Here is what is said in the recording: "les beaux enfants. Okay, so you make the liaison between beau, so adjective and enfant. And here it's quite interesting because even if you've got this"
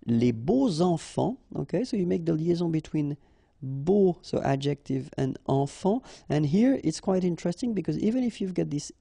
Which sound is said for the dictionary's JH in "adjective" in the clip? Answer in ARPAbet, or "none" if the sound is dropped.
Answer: JH